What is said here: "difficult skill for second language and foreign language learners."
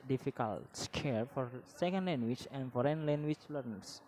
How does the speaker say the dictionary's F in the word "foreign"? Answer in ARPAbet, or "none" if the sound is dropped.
F